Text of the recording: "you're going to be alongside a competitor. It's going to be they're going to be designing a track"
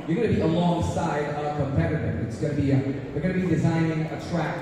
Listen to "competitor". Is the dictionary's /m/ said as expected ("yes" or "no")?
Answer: no